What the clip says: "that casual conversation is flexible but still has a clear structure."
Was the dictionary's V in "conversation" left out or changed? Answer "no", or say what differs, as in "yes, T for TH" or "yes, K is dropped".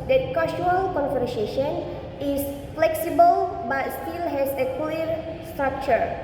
yes, F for V